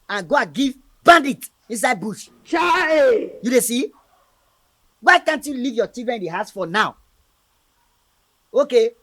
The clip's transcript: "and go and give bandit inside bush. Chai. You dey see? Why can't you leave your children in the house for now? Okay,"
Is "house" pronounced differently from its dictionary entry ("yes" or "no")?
no